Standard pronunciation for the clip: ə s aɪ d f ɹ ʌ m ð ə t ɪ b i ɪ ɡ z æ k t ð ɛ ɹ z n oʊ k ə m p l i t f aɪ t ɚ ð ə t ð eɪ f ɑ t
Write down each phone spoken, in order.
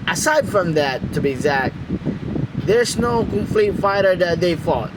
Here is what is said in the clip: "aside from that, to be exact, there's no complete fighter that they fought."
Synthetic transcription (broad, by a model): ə s aɪ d f ɹ ʌ m ð ə t ɪ b i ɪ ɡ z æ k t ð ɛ ɹ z n oʊ k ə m f l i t f aɪ t ɚ ð ə t ð eɪ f ɑ t